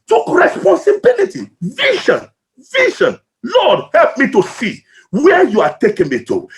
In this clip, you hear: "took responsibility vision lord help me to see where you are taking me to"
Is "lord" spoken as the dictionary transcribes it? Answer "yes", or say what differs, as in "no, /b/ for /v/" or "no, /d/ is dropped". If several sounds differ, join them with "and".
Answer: no, /l/ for /ɹ/